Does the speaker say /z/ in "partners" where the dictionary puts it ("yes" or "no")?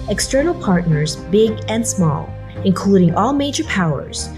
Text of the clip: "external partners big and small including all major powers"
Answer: yes